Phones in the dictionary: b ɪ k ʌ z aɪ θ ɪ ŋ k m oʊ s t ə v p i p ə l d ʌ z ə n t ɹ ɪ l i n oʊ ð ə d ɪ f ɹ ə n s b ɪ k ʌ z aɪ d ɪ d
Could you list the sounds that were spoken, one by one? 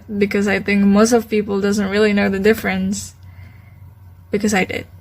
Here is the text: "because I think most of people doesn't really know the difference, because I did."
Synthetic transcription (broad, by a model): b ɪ k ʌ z aɪ θ ɪ ŋ k m oʊ s t ə v p i p l d ʌ z ə n t ɹ ɪ l i n oʊ ð ə d ɪ f ɹ ə n s b ɪ k ʌ z aɪ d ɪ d